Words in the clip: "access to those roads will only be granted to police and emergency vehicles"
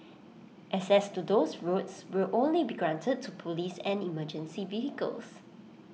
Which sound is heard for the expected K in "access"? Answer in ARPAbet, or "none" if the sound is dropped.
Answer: none